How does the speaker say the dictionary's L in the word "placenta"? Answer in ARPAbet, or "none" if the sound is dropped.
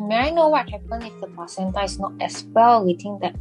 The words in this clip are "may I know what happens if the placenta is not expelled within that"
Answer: none